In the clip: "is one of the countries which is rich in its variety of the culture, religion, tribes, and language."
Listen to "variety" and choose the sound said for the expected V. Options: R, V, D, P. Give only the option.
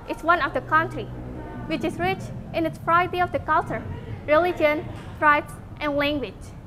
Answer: P